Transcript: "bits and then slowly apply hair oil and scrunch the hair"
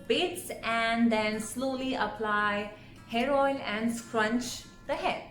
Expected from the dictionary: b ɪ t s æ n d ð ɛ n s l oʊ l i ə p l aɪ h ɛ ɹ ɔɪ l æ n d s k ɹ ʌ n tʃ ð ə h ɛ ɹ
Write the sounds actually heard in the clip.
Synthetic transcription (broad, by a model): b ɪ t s æ n d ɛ n s l oʊ l i ə p l aɪ h ɛ ɹ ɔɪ n æ n d s k ɹ ʌ n tʃ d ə h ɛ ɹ